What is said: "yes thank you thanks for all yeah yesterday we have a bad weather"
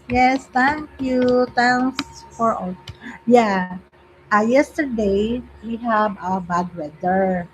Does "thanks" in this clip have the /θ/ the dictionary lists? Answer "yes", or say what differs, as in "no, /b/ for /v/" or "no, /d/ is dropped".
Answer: no, /t/ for /θ/